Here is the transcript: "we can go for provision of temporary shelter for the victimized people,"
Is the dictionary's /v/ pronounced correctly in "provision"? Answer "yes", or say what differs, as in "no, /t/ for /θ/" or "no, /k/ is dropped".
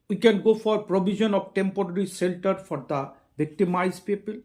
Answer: no, /b/ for /v/